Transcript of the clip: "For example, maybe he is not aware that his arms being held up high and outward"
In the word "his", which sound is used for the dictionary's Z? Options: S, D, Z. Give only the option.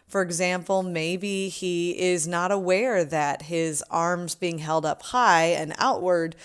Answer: Z